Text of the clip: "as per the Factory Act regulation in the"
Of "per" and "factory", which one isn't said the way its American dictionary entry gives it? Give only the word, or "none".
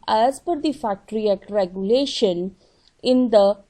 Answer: per